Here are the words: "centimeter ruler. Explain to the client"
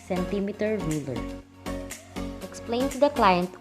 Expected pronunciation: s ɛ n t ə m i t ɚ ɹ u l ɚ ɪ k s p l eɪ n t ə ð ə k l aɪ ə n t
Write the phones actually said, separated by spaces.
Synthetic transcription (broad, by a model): s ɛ n t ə m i t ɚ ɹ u l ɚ ɪ k s p l eɪ n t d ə k l aɪ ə n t